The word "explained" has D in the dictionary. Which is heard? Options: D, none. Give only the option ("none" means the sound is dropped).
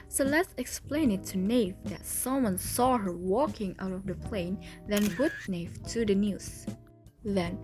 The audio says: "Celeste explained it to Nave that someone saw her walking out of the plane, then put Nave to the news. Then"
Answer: none